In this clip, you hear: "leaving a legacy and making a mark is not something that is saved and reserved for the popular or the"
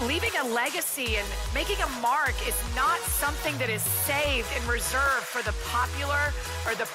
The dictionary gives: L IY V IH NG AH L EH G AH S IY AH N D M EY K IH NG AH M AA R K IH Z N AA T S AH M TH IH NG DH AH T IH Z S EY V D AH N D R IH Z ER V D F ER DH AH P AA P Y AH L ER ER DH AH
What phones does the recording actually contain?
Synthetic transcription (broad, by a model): L IY V IH NG AH L EH G AH S IY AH N M EY K IH NG AH M AA R K IH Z N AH T S AH M TH IH NG DH AH T IH Z S EY V D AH N R IH Z ER V D F ER DH AH P AA P Y L ER ER DH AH